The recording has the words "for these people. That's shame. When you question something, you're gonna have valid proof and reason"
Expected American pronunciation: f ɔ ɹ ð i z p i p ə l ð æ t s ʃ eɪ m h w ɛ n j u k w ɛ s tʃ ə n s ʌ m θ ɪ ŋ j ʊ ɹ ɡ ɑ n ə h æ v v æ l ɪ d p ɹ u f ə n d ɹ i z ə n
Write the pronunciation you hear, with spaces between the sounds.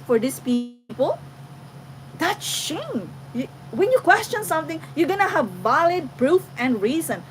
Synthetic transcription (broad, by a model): f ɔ ɹ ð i s p i p ə l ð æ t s ʃ eɪ m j w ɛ n j u k w ɛ s tʃ ə n s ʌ m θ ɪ ŋ j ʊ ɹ ɡ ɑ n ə h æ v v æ l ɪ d p ɹ u f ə n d ɹ i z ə n